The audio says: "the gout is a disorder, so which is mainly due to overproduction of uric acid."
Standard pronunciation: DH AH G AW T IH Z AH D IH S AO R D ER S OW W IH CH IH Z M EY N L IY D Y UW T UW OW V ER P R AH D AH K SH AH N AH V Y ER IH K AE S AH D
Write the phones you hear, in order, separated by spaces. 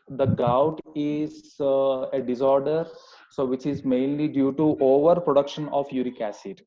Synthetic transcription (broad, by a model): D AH G AW T IH Z AH D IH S AO R D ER S OW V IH CH IH Z M EY N L IY D Y UW T UW OW V ER P R AH D AH K SH AH N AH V Y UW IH K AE S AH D